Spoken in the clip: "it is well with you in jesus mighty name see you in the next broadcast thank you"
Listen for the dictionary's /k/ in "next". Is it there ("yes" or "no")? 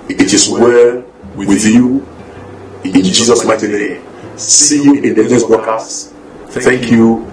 no